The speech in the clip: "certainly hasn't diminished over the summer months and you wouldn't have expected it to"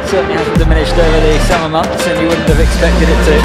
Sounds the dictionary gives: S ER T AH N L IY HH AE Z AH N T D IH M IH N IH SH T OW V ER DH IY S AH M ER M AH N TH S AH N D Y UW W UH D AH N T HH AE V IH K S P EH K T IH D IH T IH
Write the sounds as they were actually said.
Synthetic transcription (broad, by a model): S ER T N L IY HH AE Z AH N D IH M IH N IH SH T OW ER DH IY S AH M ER M AH N TH S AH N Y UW W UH D N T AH V IH K S P EH K T IH D IH T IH